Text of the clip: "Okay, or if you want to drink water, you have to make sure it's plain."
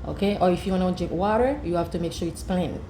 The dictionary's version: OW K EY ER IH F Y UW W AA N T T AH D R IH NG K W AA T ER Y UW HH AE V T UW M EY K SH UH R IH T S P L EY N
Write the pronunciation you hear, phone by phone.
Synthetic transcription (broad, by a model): OW K EY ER IH F Y UW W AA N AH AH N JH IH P W AA T ER Y UW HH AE F T UW M EY K SH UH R IH T S P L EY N